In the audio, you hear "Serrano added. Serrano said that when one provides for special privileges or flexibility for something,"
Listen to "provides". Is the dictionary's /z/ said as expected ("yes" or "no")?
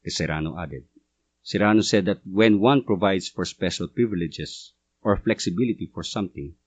no